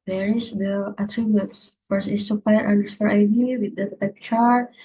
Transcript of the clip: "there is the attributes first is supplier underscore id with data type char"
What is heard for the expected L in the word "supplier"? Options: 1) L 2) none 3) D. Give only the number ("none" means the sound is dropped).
2